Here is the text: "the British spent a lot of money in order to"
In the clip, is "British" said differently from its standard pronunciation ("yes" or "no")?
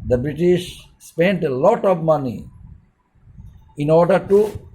no